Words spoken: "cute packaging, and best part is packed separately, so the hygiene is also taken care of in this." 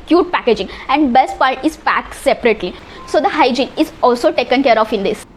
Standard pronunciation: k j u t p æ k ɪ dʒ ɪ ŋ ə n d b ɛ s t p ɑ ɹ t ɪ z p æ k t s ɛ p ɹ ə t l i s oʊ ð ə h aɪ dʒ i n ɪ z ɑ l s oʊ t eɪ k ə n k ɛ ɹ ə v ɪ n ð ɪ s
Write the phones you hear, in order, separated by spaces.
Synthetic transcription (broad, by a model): k j u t p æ k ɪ dʒ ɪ ŋ ə n d b ɛ s t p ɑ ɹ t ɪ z p æ k t s ɛ p ɹ ə t l i s oʊ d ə h aɪ dʒ i n ɪ z ɑ l s oʊ t eɪ k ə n k ɛ ɹ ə f ɪ n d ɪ s